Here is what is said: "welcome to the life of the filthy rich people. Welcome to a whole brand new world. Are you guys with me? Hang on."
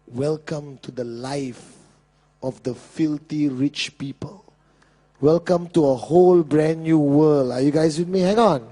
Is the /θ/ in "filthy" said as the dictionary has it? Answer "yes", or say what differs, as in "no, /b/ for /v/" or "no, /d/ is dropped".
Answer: no, /t/ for /θ/